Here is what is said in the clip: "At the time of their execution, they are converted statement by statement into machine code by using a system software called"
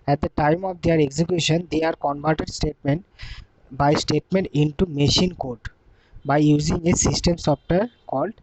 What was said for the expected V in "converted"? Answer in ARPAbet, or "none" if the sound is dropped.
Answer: B